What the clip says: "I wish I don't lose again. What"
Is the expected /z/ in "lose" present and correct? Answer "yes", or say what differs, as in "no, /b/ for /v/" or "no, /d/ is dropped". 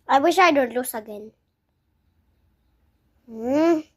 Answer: no, /s/ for /z/